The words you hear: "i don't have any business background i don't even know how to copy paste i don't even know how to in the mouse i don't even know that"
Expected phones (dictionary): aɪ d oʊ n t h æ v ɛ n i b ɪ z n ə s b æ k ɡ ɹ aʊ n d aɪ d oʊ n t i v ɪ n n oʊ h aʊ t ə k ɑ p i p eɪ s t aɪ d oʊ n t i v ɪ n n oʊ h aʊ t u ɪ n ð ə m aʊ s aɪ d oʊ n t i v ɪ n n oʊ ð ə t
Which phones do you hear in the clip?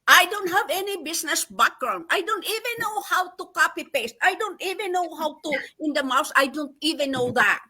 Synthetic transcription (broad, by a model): aɪ d oʊ n t h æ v ɛ n i b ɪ s n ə s b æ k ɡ ɹ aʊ n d aɪ d oʊ n t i v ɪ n n oʊ h aʊ t ə k ɑ p i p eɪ s t aɪ d oʊ n t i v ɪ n n oʊ h aʊ t u ɪ n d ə m aʊ s aɪ d oʊ n t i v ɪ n n oʊ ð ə t